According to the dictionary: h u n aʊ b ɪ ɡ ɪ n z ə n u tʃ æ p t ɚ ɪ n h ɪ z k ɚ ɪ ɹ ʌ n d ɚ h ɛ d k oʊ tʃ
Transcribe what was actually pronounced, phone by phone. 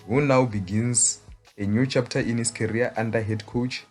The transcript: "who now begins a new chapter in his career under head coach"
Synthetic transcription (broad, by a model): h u n aʊ b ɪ ɡ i n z ə n u tʃ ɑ p t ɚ ɪ n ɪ s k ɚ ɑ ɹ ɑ n d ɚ h ɛ d k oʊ tʃ